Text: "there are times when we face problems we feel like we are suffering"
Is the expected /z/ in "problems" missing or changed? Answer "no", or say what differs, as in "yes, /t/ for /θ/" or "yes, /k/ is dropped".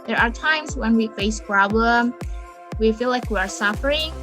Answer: yes, /z/ is dropped